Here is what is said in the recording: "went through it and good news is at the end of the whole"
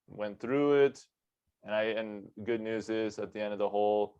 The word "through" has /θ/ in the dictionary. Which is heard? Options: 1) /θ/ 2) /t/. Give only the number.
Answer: 1